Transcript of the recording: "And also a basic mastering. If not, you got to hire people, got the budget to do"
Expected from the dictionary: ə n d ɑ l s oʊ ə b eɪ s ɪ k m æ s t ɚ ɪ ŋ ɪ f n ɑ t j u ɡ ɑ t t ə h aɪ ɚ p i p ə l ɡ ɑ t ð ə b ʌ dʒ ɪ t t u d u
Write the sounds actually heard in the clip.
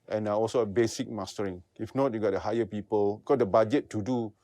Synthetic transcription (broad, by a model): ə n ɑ ɑ l s oʊ ə b eɪ s ɪ k m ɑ s t ɚ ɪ ŋ ɪ f n ɑ t j u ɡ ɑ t t ə h aɪ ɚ p i p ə l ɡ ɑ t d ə b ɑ dʒ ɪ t t u d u